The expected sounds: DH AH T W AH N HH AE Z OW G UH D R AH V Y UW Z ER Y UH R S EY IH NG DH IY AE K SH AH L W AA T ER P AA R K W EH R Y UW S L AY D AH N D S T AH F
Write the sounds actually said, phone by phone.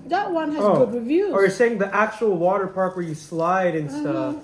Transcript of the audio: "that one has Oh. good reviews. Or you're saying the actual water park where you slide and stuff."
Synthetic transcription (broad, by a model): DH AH T W AH N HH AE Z OW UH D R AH V Y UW ER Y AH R S EY IH NG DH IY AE K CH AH L W AA T ER P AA R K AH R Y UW S L AY D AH N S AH